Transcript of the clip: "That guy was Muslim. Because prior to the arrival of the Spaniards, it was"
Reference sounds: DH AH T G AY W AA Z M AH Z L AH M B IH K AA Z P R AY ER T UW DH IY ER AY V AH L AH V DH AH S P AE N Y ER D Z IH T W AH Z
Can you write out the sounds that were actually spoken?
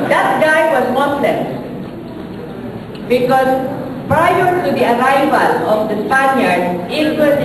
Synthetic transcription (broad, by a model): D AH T G AY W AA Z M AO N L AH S B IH K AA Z P R AY ER T UW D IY ER AY V AH L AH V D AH S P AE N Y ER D IH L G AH